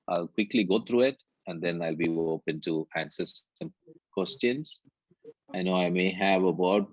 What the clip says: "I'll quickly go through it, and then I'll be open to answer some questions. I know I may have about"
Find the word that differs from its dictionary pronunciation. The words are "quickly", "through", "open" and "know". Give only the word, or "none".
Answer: through